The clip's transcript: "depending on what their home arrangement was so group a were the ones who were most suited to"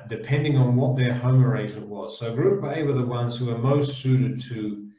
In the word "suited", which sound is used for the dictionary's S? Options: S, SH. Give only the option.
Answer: S